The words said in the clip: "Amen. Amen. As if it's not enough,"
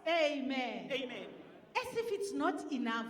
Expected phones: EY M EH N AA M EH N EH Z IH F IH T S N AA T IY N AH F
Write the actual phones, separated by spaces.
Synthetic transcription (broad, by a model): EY M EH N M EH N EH S IH F IH T S N AA T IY N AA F